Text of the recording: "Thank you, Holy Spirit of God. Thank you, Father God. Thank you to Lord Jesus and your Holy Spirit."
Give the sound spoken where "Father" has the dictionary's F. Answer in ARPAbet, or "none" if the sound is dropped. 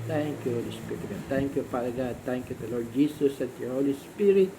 P